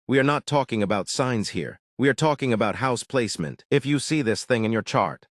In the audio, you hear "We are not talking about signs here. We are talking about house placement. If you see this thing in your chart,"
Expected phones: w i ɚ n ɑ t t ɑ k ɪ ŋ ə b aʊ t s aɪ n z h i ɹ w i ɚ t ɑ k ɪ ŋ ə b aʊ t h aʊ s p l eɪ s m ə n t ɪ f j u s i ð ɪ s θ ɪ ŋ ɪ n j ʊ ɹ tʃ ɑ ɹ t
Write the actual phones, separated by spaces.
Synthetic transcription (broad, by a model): w i ɚ n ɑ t t ɑ k ɪ ŋ ə b aʊ t s aɪ n z h i ɹ w i ɚ t ɑ k ɪ ŋ ə b aʊ t h aʊ s p l eɪ s m ə n t ɪ f j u s i ð ɪ s θ ɪ ŋ ɪ n j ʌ ɹ tʃ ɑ ɹ t